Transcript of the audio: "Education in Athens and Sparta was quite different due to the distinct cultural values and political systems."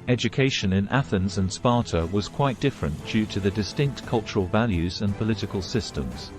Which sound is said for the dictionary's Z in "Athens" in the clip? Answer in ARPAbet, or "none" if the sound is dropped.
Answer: Z